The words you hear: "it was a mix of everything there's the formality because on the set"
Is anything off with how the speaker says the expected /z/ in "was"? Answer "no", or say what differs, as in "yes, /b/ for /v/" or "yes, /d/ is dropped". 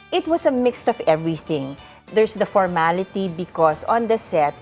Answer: yes, /s/ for /z/